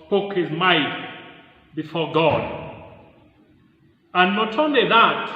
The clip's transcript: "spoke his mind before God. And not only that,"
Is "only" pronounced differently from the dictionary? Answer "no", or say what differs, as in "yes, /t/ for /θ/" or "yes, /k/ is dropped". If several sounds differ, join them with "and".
no